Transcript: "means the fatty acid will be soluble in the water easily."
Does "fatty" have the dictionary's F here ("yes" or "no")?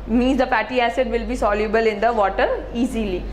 no